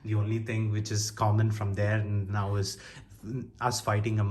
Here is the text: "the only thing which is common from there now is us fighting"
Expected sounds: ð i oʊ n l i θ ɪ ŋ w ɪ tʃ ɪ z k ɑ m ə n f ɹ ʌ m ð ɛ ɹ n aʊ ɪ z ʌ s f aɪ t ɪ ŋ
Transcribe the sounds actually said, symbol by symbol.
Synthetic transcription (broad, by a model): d i oʊ n l i t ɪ ŋ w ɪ tʃ ɪ z k ɑ m ə n f ɹ ʌ m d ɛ ɹ n aʊ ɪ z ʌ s f aɪ t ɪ ŋ